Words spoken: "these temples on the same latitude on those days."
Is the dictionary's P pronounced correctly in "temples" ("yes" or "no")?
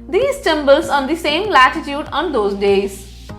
no